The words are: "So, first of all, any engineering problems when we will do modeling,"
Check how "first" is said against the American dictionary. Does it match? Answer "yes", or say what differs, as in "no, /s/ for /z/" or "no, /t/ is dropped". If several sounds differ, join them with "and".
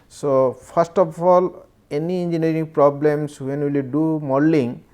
no, /p/ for /f/